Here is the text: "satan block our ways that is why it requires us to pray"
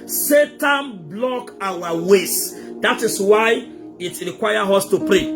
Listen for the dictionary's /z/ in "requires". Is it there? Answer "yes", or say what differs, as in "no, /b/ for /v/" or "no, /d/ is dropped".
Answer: no, /z/ is dropped